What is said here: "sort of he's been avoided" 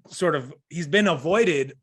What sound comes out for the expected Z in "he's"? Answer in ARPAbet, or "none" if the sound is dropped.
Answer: Z